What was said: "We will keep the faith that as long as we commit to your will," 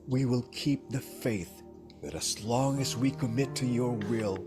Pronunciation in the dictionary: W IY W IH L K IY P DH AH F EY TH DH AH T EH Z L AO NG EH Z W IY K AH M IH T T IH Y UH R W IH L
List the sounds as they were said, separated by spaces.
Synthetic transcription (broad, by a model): W IY W IH L K IY P DH AH F EY TH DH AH T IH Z L AO NG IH Z W IY K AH M IH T T IH Y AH R W IH L